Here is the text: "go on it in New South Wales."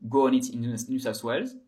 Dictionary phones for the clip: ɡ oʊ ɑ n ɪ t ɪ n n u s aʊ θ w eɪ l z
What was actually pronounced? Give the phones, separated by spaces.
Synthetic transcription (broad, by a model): ɡ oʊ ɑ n ɪ t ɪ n n u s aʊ s w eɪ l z